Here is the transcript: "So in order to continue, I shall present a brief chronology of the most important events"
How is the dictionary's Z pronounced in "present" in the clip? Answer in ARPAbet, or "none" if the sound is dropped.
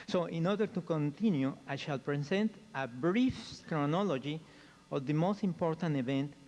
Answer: S